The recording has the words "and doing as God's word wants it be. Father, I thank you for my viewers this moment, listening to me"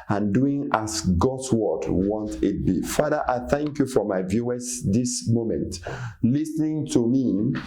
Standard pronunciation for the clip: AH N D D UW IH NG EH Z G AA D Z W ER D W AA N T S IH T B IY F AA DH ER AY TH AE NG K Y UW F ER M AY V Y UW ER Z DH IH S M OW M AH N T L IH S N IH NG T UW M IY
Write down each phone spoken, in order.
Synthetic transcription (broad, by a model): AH N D D UW IH NG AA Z G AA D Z W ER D W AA N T IH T B IY F AA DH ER AY TH AE NG K Y UW F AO M AY V Y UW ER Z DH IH S M OW M AH N T L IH S N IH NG T UW M IY